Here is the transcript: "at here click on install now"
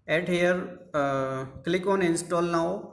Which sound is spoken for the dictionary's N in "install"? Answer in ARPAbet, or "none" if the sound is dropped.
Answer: N